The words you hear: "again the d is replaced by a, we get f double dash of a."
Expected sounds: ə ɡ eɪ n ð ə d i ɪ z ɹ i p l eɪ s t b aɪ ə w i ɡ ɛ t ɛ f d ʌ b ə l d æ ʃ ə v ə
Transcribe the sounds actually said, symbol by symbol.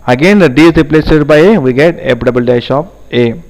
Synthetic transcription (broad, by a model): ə ɡ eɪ n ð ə d i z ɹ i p l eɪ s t b aɪ ə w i ɡ ɛ t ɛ p d ʌ b ə l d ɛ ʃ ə p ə